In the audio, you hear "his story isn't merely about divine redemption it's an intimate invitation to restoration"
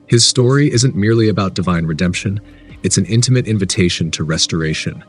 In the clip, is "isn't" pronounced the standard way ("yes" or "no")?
yes